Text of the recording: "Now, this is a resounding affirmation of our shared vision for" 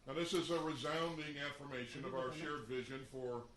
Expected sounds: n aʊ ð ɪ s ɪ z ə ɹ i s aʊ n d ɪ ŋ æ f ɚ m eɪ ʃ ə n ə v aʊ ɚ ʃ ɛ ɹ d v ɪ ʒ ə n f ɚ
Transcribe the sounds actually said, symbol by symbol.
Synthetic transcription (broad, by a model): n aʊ ð ɪ s ɪ z ə ɹ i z aʊ n d ɪ ŋ æ f ɚ m eɪ ʃ ə n ə v aʊ ɚ ʃ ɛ ɹ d v ɪ ʒ ə n f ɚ